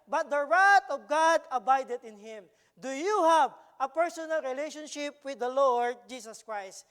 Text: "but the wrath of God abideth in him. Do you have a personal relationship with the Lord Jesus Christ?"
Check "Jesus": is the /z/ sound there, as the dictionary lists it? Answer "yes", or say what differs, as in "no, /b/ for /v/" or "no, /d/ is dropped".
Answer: no, /s/ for /z/